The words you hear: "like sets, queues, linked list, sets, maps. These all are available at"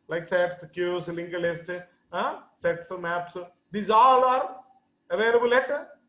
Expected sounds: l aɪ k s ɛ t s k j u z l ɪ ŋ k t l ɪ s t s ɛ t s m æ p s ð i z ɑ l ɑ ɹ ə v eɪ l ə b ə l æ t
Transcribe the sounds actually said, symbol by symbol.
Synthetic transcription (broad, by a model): l aɪ k s ɛ t s k j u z l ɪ ŋ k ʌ l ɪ s t s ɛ t s m æ p s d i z ɑ l ɑ ɹ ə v eɪ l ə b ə l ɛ t